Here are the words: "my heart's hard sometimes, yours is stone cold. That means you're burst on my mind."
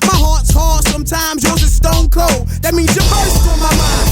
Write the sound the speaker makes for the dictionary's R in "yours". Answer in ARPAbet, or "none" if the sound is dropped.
W